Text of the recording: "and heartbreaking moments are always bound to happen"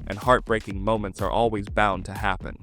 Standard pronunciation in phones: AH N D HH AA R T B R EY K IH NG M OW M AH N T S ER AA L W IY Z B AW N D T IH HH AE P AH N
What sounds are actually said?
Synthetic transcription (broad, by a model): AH N HH AA R T B R EY K IH NG M OW M AH N T S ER AA L W IY Z B AW N T IH HH AE P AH N